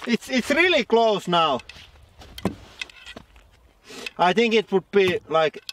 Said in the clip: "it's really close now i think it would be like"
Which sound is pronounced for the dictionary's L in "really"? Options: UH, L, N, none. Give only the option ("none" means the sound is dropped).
L